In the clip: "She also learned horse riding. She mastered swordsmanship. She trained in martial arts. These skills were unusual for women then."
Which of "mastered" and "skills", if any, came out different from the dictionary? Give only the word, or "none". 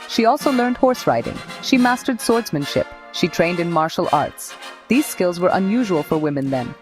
none